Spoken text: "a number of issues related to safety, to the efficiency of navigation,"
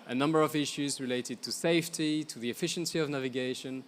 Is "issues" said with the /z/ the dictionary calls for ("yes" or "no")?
yes